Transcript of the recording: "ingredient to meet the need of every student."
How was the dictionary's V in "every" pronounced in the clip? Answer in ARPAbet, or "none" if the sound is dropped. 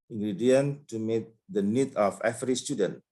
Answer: F